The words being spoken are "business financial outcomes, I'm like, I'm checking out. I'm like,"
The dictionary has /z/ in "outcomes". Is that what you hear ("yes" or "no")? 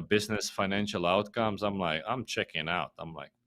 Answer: yes